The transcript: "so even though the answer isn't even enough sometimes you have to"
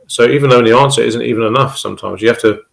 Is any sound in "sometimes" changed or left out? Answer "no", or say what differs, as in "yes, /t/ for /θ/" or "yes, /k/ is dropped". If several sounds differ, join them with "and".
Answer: no